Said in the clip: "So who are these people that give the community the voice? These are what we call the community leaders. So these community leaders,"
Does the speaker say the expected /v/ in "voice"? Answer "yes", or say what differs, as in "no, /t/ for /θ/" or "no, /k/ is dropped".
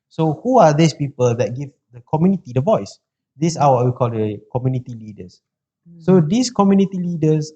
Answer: yes